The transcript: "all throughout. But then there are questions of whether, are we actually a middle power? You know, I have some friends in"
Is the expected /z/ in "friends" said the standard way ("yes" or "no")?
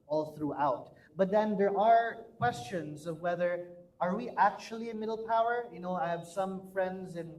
yes